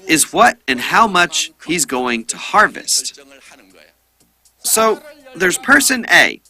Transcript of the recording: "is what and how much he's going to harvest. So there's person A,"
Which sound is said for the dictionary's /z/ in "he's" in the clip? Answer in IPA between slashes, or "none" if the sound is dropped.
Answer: /z/